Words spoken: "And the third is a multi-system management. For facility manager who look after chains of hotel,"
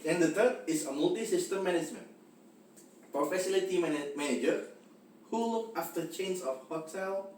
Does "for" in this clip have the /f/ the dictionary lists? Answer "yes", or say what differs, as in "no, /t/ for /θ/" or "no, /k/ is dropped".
no, /p/ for /f/